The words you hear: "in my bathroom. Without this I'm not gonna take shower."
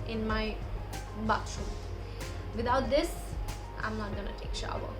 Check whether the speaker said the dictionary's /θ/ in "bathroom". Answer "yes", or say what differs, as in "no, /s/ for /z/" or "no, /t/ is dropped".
no, /t/ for /θ/